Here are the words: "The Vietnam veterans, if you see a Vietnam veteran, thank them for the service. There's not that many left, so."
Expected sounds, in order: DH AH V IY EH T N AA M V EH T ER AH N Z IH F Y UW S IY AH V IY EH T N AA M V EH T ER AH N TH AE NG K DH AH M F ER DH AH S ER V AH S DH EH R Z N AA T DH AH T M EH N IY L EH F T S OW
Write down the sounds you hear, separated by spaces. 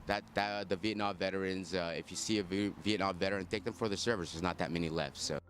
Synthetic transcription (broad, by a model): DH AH V IY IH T N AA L V EH T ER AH N Z IH F Y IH S IY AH V IY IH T N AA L V EH T ER AH N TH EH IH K DH AH M F ER DH AH S ER V AH S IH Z N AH T DH AH T M EH N IY L EH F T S OW